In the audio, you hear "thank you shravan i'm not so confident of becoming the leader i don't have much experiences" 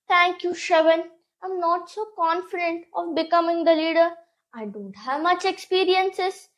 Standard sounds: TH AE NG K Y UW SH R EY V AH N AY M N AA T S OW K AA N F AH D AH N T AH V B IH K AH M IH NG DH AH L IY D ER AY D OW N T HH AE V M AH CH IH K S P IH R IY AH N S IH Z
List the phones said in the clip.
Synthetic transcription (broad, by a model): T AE NG K Y UW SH EY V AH N AY M N AA T S OW K AA N F AH D AH N T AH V B IH K AH M IH NG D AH L IY D ER AY D OW N T HH AE V M AH CH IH K S P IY R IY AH N S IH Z